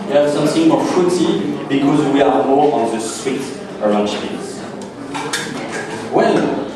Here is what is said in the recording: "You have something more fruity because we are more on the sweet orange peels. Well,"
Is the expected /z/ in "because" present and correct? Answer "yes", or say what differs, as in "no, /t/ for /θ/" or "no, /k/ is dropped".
yes